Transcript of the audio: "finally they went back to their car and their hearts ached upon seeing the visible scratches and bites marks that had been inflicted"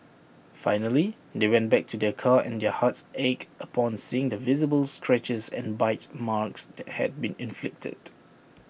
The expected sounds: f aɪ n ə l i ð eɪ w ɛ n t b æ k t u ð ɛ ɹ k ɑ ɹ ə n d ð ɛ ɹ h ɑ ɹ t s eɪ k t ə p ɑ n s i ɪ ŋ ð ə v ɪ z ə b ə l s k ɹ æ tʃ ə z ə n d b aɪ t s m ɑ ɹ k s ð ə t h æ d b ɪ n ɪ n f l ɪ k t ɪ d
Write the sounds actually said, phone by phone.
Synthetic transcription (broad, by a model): f aɪ n ə l i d eɪ w ɛ n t b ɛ k t u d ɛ k ɑ ə n d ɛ h ɑ t s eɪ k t ə p ɑ n s i ɪ ŋ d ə v ɪ z ə b ə l s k ɹ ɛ tʃ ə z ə n b aɪ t m ɑ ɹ k s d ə t h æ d b ɪ n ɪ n f l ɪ k t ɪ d